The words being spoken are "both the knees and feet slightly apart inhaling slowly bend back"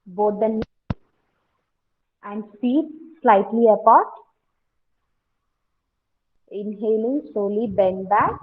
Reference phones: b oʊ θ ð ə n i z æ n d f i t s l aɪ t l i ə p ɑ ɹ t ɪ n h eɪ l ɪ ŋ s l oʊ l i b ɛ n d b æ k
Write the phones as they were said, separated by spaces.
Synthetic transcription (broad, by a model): b oʊ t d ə n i æ n d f i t s l aɪ t l i ə p ɑ ɹ t ɪ n h eɪ l ɪ ŋ s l oʊ l i b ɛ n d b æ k